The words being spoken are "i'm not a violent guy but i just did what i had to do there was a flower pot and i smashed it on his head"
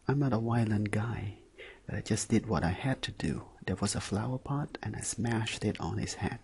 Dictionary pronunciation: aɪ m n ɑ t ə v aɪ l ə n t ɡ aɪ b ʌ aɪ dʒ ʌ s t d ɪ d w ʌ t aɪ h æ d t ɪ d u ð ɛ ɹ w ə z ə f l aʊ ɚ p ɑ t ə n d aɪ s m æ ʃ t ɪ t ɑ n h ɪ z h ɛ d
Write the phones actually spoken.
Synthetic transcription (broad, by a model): aɪ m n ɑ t ə w aɪ l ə n ɡ aɪ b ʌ aɪ dʒ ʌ s d ɪ d w ʌ t aɪ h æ d t ɪ d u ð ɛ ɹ w ə z ə f l aʊ ɚ p ɑ t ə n aɪ s m æ ʃ t ɪ t n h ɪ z h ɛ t